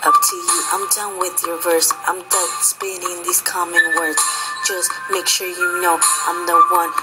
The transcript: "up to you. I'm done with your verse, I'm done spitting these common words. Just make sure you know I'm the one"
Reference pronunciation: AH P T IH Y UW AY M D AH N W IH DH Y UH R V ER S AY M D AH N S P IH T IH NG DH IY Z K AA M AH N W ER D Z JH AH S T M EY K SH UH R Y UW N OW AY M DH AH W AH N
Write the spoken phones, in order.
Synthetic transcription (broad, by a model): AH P T IH Y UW AY M D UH N W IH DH Y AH R V ER S AY M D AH S P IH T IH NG DH IY Z K AA M AH N W ER D Z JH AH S T M EY K SH UH R Y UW N OW AY M DH AH W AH N